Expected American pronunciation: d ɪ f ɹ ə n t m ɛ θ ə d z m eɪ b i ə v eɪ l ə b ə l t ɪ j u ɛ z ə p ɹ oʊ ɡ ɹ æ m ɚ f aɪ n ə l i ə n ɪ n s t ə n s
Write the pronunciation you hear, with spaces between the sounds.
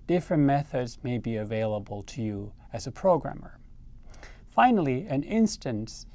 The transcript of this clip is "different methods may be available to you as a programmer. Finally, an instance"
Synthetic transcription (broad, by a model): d ɪ f ɹ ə n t m ɛ θ ə d z m eɪ b i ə v eɪ l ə b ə l t ɪ j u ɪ z ə p ɹ oʊ ɡ ɹ æ m ɚ f aɪ n l i ə n ɪ n s t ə n s